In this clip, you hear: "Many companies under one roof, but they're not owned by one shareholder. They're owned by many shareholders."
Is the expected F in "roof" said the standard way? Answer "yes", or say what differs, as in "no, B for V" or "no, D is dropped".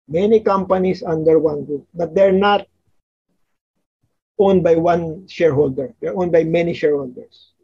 no, P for F